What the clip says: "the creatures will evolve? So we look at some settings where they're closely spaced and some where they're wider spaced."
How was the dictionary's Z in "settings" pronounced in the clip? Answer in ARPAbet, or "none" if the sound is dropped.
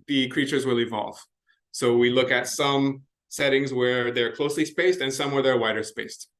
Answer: Z